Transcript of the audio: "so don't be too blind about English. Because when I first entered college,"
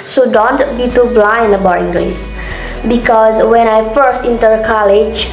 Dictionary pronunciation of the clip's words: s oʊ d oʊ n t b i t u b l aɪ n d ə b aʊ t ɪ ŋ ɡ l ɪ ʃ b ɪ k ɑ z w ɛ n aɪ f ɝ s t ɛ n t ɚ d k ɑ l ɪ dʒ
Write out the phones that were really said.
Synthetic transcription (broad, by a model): s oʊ d oʊ n t b i t u b l aɪ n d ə b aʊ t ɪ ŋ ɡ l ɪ s b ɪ k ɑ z w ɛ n aɪ f ɝ s t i n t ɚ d k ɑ l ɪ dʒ